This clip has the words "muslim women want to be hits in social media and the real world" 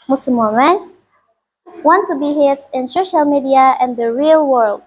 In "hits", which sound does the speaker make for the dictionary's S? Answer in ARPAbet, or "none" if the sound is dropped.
none